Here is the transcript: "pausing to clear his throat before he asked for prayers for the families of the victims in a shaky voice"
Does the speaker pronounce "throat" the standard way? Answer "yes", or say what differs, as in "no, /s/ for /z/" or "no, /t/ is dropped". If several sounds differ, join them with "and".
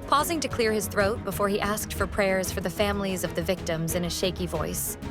yes